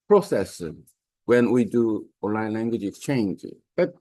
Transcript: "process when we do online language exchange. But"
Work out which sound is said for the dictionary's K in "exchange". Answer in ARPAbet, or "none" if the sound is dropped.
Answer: K